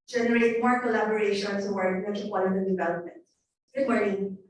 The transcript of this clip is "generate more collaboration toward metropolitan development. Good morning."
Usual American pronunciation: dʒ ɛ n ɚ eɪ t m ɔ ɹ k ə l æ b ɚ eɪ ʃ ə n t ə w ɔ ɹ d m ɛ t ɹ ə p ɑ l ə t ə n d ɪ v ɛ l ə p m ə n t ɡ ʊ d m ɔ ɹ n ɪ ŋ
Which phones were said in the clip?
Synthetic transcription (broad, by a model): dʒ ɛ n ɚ eɪ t m ɔ ɹ k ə l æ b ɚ eɪ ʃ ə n s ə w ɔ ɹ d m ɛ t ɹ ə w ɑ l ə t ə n d ɪ v ɛ l ə p m ə n t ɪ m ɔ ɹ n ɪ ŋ